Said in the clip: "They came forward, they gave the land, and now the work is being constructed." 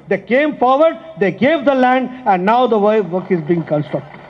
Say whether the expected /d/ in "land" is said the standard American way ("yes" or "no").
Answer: yes